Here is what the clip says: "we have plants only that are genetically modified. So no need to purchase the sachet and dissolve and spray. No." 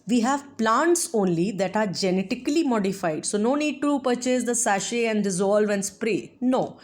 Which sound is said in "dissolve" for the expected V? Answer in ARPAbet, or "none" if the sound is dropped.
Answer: V